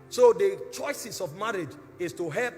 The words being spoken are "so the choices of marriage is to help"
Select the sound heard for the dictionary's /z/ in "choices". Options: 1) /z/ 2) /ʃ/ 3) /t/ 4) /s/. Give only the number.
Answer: 4